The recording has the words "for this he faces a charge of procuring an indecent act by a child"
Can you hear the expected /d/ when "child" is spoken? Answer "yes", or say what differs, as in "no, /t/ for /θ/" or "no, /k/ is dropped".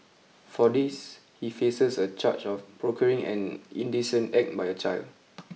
yes